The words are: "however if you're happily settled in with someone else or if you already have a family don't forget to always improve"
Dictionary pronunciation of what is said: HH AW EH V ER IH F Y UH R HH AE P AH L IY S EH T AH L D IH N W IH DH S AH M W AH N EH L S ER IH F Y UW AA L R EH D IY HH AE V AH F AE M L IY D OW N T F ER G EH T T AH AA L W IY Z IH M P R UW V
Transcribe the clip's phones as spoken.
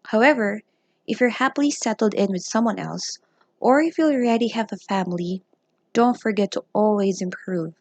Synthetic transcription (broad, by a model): HH AW EH V ER IH F Y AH R HH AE P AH L IY S EH T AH L D IH N W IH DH S AH M W AH N EH L S ER IH F Y UW L R EH D IY HH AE V AH F AE M L IY D OW N T F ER G EH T T AH AA L W IY Z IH M P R UW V